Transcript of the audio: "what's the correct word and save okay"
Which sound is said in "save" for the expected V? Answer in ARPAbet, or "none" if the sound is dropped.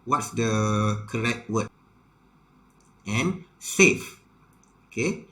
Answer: F